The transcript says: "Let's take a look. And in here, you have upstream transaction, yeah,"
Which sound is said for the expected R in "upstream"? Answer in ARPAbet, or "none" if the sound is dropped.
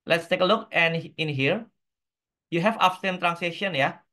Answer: none